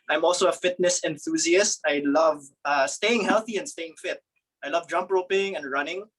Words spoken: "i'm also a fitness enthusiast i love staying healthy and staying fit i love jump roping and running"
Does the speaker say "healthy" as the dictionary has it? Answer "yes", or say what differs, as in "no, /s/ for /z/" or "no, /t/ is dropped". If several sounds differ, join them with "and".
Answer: yes